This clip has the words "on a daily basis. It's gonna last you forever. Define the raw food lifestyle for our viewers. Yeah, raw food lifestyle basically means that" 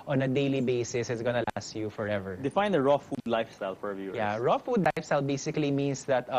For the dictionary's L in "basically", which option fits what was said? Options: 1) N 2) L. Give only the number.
2